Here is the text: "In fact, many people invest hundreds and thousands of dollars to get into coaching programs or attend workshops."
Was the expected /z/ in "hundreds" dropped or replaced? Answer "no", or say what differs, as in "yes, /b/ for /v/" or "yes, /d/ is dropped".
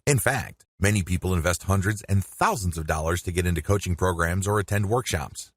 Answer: no